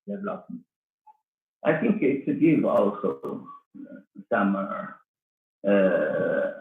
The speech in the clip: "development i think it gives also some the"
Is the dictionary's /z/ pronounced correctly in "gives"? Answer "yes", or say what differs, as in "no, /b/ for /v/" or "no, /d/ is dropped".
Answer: no, /z/ is dropped